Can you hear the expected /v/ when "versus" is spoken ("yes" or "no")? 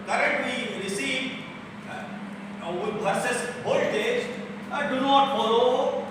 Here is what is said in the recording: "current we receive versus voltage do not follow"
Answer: no